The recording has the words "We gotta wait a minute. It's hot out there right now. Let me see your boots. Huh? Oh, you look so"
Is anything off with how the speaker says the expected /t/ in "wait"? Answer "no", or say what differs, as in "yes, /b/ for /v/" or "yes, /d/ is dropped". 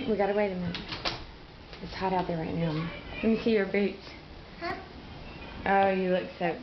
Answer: yes, /t/ is dropped